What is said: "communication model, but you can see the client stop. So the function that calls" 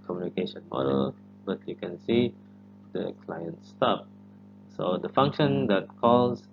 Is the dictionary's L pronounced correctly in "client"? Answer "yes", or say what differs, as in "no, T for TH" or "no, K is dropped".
yes